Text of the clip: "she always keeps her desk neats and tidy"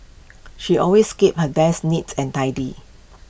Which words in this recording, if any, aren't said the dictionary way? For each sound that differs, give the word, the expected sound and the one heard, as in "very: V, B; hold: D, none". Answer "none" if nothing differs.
always: Z, S; keeps: S, none